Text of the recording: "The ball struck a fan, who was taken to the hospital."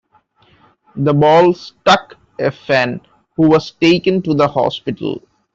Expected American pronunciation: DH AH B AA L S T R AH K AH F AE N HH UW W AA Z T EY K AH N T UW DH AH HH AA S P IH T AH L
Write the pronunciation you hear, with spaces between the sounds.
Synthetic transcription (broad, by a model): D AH B AA L S T AH K AH F AE N HH UW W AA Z T EY K AH N T UW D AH HH AA S P IH T AH L